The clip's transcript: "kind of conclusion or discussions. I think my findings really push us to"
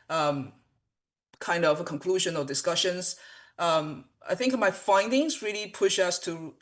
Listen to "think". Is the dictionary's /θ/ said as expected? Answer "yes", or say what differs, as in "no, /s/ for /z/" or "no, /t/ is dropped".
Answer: yes